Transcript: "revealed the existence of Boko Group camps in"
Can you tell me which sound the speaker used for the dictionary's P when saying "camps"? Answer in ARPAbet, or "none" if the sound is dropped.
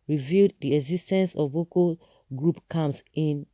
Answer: none